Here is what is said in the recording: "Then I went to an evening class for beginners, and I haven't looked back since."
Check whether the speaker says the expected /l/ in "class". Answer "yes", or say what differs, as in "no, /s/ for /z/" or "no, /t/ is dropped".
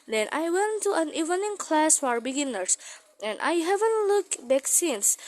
yes